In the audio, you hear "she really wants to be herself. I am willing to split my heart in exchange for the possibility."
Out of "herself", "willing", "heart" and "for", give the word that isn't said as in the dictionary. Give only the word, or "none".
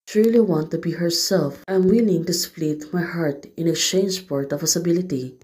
for